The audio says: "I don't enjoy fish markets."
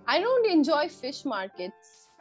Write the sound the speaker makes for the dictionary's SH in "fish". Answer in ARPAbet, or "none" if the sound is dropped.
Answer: SH